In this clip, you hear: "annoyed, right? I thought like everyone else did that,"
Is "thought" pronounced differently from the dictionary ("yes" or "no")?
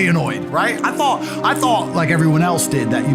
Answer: no